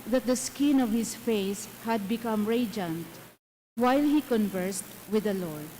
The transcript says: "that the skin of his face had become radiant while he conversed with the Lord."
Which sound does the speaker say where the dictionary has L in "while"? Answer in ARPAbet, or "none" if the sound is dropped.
L